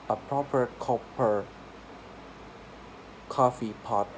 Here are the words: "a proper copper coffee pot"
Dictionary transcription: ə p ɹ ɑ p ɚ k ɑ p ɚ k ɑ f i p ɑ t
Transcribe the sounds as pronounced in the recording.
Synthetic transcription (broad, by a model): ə p ɹ ɑ p ɚ k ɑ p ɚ k ɑ f i p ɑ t